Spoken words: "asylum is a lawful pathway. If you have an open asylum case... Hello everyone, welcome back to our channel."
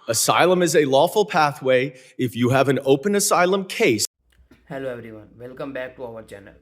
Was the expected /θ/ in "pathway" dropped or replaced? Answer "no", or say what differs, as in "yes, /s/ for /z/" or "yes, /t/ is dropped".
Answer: no